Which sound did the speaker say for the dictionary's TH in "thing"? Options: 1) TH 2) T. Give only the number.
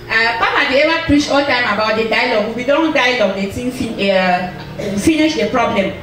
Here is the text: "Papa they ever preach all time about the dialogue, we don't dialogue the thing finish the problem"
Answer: 2